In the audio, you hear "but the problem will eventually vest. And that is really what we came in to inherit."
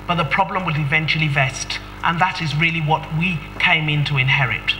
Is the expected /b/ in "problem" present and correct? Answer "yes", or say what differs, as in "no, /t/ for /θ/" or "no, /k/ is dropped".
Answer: yes